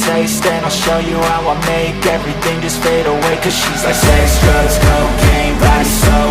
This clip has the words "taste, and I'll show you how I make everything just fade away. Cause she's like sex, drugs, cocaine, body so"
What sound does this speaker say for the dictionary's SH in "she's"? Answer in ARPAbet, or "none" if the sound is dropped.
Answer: SH